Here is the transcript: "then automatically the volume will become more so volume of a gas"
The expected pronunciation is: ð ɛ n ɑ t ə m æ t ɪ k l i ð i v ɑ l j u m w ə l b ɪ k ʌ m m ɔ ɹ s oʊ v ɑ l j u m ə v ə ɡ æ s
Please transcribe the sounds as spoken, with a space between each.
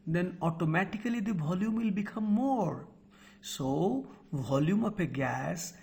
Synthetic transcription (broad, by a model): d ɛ n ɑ t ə m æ t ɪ k l i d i v ɑ l j u m w ə l b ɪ k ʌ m m ɔ ɹ s oʊ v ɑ l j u m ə p ə ɡ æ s